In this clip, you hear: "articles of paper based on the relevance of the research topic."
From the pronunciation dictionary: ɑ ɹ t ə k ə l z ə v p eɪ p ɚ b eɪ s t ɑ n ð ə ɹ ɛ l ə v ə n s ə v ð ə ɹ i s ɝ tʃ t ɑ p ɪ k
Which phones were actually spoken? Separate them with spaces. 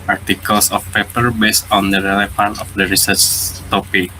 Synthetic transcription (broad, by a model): ɑ ɹ t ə k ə l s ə f p eɪ p ɚ b eɪ s t ɑ n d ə ɹ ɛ l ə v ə n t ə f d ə ɹ i s ɝ tʃ t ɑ p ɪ k